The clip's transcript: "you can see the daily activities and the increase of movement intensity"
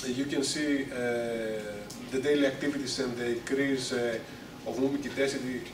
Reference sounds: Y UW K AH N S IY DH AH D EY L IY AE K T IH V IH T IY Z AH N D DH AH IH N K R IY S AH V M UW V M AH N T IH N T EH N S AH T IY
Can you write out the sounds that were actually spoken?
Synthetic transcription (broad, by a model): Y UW K AH N S IY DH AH D EY L IY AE K T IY V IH T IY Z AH N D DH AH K R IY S AH V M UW M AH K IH T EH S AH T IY